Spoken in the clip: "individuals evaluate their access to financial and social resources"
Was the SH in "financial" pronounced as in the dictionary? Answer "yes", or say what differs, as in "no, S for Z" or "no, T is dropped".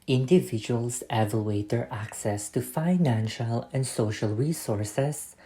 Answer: yes